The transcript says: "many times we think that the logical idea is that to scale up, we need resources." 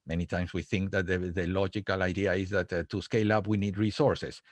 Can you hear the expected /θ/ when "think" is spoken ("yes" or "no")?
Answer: yes